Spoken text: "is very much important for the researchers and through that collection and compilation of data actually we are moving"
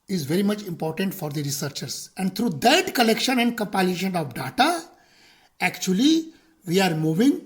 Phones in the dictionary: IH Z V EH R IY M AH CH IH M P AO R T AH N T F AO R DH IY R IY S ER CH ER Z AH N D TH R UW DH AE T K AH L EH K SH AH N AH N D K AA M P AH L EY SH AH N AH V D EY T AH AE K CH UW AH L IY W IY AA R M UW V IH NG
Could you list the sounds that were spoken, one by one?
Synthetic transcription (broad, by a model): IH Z V EH R IY M AH CH IH M P AO R T AH N T F AO R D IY R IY S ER CH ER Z AH N D T R UW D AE T K AH L EH K SH AH N AH N D K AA M P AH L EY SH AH N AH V D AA T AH AE K CH UW AH L IY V IY AA R M UW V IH NG